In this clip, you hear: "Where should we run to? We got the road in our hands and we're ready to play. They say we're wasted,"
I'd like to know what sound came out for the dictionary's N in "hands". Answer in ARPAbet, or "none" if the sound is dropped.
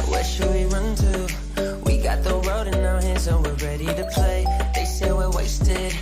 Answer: none